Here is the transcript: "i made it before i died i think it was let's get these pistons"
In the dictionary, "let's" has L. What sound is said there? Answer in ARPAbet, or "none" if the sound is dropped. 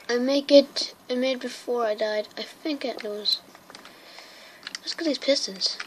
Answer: W